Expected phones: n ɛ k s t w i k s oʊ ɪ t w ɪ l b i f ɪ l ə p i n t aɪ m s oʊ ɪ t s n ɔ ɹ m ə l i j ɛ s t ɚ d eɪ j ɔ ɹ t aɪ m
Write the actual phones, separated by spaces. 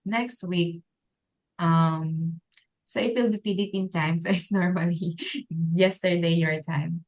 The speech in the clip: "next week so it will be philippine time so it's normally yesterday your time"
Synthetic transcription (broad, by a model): n ɛ k s t w i k s oʊ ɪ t w ɪ l b i p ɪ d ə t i n t aɪ m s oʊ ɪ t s n ɔ ɹ m ə l i j ɛ s t ɚ d eɪ j ɔ ɹ t aɪ m